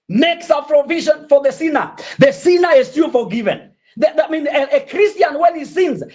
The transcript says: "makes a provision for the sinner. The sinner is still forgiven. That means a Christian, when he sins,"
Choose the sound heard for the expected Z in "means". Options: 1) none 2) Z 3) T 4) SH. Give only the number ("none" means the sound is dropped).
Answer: 1